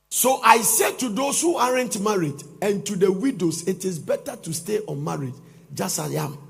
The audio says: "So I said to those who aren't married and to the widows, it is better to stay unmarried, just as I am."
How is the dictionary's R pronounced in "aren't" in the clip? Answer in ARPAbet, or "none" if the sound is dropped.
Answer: R